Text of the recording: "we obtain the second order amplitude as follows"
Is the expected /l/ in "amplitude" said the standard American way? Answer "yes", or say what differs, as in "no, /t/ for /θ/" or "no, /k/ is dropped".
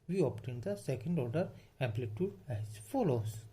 yes